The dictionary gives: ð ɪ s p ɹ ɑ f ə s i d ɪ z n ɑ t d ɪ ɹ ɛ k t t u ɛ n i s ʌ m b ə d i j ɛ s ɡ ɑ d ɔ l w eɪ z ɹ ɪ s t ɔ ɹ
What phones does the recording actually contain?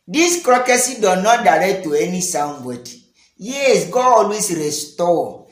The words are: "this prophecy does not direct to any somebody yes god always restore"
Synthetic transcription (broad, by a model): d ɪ s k ɹ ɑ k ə s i d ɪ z n ɑ t d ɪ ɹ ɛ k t t u ɛ n i s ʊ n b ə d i j ɛ s ɡ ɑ ɔ l w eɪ s ɹ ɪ s t ɔ